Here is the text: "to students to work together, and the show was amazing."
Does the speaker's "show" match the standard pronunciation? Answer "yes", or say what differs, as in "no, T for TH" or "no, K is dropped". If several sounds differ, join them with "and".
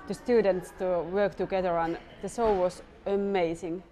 no, S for SH